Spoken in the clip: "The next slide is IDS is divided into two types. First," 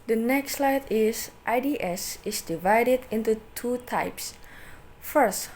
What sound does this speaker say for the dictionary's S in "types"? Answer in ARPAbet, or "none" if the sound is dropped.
S